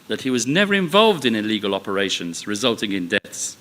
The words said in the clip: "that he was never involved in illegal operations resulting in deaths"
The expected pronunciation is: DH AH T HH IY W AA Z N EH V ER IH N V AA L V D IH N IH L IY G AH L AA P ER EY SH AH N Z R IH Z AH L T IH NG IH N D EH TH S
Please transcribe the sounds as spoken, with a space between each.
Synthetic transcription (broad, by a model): DH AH T HH IY W AA Z N EH V ER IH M V AA L V D IH N IH L IY G AH L AA P ER EY SH AH N Z R IH Z AH L T IH NG IH N D EH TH S